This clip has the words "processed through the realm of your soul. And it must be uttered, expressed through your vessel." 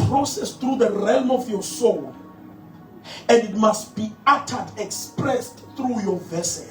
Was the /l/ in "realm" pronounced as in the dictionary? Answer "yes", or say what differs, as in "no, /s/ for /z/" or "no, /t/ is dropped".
yes